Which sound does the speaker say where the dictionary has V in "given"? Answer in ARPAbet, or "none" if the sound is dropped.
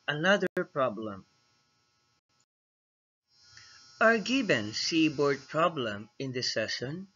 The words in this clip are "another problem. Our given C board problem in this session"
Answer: B